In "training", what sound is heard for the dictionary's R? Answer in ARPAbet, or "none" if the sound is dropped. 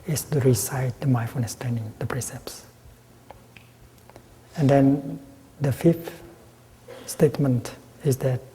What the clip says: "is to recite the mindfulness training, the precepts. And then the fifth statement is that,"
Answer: none